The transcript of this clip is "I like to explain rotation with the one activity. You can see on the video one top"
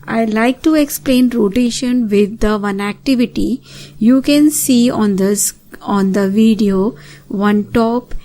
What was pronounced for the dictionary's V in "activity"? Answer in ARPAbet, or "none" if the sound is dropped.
V